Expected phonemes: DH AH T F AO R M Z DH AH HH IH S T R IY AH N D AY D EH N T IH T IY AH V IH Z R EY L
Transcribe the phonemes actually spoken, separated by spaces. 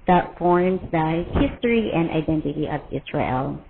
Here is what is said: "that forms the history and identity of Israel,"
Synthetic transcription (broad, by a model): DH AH T F AO R M Z DH AH HH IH S T R IY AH N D AY D EH N T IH T IY AH V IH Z R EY L